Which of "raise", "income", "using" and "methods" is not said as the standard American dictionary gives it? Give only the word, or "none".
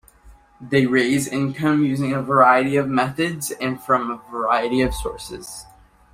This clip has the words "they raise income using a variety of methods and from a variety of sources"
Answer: none